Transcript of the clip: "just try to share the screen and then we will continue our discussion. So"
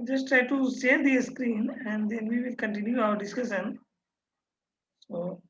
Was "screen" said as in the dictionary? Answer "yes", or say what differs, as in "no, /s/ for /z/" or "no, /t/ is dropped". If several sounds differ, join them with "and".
yes